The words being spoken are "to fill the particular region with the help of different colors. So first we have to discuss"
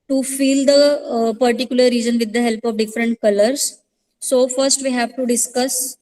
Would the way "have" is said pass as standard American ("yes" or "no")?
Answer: yes